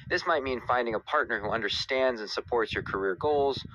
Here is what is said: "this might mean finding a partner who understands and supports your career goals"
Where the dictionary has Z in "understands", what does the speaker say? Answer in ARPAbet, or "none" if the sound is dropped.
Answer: Z